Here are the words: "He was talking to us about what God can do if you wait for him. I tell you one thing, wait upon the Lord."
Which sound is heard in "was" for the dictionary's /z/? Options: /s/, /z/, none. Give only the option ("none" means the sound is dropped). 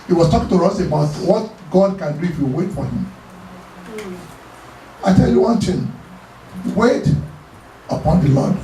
/s/